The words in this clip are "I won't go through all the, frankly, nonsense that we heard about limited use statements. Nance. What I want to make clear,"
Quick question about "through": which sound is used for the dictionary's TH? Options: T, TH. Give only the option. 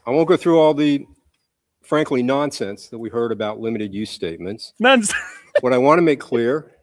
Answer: TH